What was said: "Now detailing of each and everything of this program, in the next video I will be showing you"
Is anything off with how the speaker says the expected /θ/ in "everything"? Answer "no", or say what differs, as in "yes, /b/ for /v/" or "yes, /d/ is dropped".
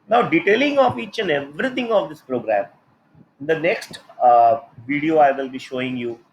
yes, /t/ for /θ/